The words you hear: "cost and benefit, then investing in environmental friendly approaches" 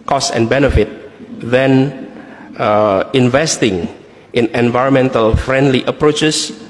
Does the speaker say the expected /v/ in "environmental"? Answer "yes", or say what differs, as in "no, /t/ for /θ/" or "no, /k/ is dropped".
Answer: yes